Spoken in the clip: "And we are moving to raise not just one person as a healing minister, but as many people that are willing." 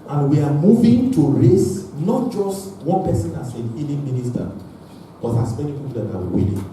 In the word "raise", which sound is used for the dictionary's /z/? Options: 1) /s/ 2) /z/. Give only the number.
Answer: 1